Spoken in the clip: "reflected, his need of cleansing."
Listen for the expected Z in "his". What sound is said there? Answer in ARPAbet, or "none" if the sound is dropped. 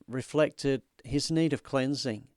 Z